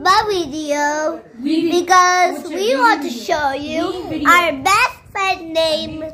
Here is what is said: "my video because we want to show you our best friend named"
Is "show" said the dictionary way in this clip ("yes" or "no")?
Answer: yes